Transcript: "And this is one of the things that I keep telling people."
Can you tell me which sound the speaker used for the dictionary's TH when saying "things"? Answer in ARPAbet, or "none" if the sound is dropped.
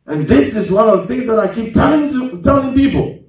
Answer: TH